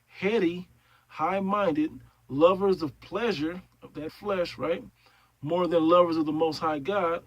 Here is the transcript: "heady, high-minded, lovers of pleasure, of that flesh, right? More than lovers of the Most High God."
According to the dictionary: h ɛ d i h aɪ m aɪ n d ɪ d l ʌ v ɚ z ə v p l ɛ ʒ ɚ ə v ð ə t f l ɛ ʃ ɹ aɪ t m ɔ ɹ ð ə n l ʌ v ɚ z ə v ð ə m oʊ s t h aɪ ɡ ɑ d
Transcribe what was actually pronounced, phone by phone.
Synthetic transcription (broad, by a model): h ɛ d i h aɪ m aɪ n d ɪ d l ʌ v ɚ z ə v p l ɛ ʒ ɚ ə v ð ə t f l ɛ ʃ ɹ aɪ t m ɔ ɹ ð ə n l ʌ v ɚ z ə v ð ə m oʊ s t h aɪ ɡ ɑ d